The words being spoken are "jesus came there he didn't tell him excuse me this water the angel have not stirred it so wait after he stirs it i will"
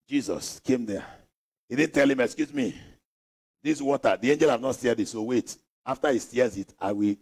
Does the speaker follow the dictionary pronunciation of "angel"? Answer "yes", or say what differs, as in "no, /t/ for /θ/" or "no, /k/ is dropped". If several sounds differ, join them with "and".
yes